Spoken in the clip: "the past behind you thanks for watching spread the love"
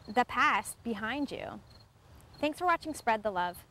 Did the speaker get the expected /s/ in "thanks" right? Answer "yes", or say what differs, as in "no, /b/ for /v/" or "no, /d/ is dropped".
yes